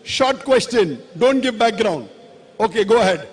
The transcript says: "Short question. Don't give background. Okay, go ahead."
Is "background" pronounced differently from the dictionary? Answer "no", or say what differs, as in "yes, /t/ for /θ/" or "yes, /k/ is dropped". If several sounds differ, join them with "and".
no